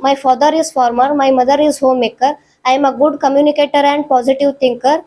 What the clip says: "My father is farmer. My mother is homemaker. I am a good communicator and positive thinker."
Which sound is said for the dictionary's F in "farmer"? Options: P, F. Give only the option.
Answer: F